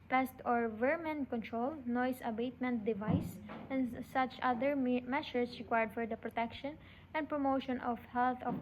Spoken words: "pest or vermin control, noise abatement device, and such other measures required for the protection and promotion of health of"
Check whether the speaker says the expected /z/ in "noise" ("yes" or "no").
no